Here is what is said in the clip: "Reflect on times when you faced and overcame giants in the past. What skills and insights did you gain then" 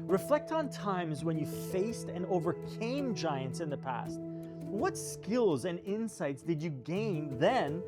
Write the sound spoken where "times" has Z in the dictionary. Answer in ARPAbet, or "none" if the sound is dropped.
Z